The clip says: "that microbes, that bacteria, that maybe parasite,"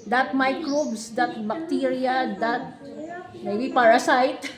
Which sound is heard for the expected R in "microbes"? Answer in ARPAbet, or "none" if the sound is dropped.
L